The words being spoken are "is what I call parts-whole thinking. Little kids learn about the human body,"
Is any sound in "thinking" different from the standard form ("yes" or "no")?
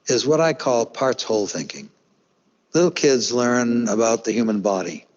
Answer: no